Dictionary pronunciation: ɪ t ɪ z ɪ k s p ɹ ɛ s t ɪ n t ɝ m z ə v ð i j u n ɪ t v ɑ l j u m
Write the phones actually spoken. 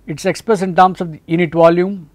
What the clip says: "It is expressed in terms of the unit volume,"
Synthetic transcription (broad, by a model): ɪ t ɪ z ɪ k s p ɹ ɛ s ɪ n t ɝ m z ə v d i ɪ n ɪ t v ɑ l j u m